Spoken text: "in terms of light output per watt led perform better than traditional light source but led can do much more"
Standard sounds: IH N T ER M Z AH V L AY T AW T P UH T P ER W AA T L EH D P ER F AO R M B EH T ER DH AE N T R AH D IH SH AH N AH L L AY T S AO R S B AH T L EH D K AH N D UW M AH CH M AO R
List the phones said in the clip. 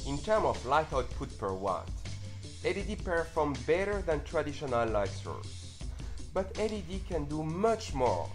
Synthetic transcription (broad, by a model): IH N T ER M AH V L AY T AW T P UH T P ER W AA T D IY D P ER F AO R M B EH T ER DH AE N T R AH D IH SH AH N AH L L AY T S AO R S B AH T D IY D K AH N D UW M AH CH M AO R